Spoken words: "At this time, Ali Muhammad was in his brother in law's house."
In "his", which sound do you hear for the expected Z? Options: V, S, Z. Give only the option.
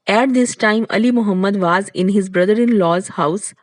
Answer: Z